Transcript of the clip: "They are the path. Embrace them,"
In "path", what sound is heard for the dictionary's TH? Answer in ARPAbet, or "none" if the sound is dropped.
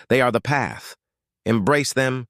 TH